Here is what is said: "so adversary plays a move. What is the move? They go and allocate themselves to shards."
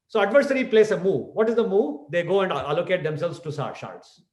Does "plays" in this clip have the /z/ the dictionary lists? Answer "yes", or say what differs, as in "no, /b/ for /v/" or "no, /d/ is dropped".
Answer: no, /s/ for /z/